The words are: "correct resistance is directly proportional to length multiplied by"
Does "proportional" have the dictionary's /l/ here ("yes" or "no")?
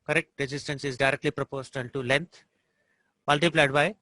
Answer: no